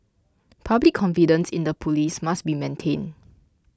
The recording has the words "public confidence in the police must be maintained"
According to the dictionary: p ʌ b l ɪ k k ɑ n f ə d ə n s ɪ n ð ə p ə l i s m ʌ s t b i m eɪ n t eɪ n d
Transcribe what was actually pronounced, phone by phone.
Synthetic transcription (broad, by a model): p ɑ b l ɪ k k ɑ n f ə d ə n s ɪ n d ə p ə l i s m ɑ s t b i m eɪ n t eɪ n